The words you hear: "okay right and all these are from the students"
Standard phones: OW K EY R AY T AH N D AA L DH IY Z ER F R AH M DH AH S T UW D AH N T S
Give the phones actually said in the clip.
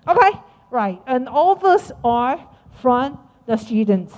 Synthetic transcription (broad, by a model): OW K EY R AY T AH N AA L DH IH S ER F R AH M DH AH S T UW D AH N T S